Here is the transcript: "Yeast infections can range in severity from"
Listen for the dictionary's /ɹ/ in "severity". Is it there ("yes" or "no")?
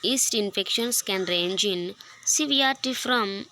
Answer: no